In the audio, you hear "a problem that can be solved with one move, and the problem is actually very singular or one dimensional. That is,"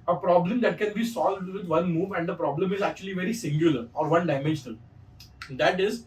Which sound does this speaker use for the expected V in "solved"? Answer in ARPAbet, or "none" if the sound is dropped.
V